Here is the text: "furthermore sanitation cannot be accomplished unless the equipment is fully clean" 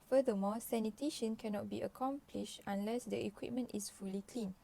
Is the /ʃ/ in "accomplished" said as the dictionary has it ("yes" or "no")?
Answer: yes